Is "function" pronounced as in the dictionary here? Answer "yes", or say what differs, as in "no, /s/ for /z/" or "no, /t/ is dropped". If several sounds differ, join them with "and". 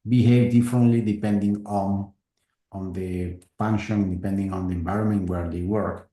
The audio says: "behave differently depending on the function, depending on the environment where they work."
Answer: no, /p/ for /f/